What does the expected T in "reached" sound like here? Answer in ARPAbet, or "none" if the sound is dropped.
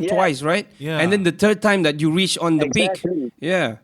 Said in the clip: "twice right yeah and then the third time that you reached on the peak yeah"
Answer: none